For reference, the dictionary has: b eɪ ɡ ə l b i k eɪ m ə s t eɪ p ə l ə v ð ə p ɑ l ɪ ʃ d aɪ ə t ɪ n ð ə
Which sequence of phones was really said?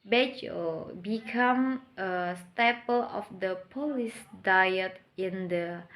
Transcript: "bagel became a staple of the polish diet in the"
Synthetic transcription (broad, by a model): b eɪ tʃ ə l b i k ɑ m ə s t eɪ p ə l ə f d ə p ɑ l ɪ s d aɪ ə t ɪ n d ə